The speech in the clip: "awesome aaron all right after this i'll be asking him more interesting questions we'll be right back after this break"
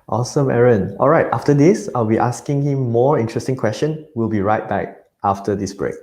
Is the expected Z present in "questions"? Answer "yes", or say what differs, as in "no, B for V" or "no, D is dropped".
no, Z is dropped